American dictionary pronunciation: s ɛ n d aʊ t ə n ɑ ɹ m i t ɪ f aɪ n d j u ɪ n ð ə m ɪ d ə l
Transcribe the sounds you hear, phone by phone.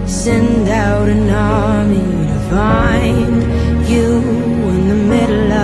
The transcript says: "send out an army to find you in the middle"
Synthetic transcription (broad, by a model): s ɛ n d aʊ t ə n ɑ l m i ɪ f aɪ n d j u ɪ n ð ə m ɪ d l